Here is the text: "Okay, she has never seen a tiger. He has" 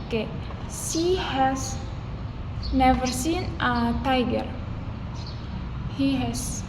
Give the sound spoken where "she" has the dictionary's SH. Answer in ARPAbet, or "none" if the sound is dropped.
S